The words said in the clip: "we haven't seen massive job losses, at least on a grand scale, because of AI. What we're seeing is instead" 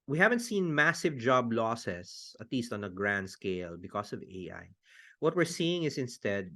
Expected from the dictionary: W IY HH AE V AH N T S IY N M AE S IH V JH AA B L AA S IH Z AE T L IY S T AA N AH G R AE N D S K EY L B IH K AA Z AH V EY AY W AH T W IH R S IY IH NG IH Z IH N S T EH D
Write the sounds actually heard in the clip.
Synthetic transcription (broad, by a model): W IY HH AE V AH N T S IY N M AE S IH V JH AA B L AA S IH S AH T L IY S T AA N AH G R AE N D S K EY L B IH K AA S AH V EY AY W AH T W IH R S IY IH NG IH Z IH N S T EH D